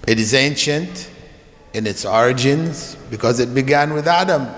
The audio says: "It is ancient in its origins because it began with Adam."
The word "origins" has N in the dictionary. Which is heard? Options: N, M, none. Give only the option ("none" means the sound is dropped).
N